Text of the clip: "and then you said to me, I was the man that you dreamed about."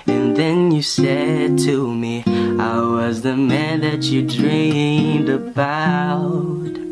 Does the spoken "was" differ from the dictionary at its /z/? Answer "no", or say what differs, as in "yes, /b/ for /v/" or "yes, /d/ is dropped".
no